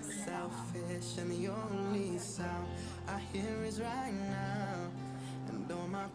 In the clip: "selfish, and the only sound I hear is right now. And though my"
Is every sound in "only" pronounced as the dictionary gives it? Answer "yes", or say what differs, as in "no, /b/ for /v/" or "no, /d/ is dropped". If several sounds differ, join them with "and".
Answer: no, /n/ is dropped